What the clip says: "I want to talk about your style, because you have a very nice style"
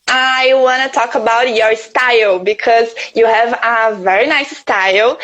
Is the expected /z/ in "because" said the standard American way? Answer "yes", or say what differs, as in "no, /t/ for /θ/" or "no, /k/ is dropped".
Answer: yes